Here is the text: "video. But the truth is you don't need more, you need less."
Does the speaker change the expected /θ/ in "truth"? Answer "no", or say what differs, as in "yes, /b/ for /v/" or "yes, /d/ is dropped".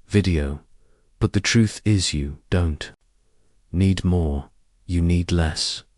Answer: no